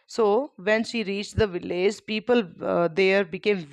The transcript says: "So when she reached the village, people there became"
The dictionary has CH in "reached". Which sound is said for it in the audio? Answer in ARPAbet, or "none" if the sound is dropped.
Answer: CH